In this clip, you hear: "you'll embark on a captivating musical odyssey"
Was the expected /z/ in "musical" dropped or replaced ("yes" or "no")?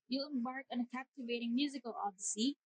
no